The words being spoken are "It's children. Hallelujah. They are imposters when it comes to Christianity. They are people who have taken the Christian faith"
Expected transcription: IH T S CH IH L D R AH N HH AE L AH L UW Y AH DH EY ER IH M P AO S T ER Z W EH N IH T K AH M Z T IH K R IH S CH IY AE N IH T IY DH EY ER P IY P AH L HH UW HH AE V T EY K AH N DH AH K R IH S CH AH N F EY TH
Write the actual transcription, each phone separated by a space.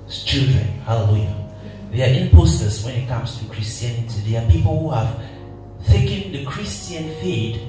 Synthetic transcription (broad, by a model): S CH IH L D R AH N HH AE L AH L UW Y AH DH EY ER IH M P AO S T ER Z W EH N IH T K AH M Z T IH K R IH S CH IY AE N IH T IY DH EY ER P IY P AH L HH UW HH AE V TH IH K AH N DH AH K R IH S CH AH N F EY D